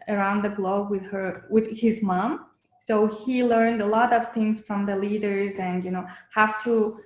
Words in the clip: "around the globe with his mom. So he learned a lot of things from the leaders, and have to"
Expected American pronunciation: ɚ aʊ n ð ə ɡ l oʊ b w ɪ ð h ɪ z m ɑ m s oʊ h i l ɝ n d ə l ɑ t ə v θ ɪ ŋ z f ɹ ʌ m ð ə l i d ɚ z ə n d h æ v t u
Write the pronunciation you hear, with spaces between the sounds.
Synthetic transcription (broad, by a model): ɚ aʊ n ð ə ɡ l oʊ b w ɪ ð h ɪ z m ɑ m s oʊ h i l ɝ n d ə l ɑ t ə v θ ɪ ŋ z f ɹ ʌ m ð ə l i d ɚ z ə n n h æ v t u